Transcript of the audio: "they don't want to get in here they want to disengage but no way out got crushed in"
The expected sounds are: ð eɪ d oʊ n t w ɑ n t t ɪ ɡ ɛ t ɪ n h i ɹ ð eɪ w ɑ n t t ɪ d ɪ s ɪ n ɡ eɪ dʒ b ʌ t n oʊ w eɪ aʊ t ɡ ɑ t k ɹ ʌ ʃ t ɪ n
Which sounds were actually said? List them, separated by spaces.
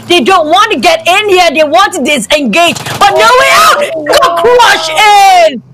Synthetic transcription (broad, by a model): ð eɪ d oʊ n t w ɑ n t t ɪ ɡ ɛ t ɪ n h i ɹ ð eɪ w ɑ n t t ɪ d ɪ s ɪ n ɡ eɪ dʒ b ʌ t n oʊ w eɪ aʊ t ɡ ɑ k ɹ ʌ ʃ ɪ n